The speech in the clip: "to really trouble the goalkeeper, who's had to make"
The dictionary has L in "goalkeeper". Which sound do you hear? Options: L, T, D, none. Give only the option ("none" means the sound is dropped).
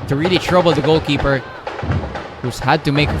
L